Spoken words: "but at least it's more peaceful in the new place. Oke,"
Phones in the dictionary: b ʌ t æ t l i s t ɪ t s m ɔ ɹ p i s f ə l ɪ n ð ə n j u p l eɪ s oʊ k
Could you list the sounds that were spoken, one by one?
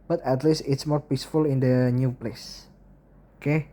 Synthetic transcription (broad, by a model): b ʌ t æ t l i s t ɪ t s m ɔ ɹ p i s f ə l ɪ n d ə n j u p l eɪ s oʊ k